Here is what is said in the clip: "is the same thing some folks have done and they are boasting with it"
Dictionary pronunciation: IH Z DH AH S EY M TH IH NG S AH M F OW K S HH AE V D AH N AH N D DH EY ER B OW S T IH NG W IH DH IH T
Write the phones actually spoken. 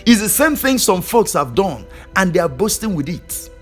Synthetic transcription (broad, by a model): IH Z DH AH S EY M TH IH NG S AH M F OW K S HH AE V D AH N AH N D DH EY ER B OW S T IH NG W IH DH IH T